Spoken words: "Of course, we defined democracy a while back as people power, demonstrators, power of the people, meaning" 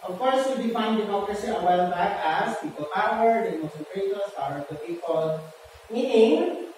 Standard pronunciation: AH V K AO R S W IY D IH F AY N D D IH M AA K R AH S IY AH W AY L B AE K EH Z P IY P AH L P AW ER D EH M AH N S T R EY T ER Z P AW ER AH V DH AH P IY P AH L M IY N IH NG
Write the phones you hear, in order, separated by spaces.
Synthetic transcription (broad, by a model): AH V K AO R S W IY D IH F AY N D D IH M AA K R AH S IY AH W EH L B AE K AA S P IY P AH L P AW ER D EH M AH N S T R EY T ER S P AW ER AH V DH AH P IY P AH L M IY N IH NG